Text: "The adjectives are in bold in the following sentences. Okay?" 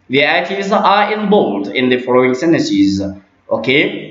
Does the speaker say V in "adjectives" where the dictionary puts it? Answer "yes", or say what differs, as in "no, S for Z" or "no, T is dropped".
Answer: no, V is dropped